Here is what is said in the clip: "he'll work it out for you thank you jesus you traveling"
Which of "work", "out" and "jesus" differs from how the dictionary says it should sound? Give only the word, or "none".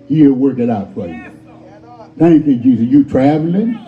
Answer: jesus